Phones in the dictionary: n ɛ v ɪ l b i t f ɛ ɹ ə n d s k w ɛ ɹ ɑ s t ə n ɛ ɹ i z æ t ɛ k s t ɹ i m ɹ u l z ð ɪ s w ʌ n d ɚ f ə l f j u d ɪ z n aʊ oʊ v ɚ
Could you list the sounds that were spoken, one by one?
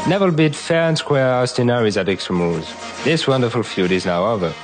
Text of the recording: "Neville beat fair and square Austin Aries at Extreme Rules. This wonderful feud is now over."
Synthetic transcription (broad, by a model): n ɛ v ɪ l b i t f ɛ ɹ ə n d s k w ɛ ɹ ɑ s t ə n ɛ ɹ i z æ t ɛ k s t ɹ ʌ m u z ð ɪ s w ʌ n d ɚ f ə l f j u d ɪ z n aʊ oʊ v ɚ